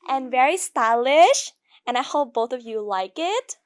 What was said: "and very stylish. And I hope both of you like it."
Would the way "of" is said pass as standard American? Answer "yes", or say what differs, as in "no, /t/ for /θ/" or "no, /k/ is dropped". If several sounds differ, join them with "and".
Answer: yes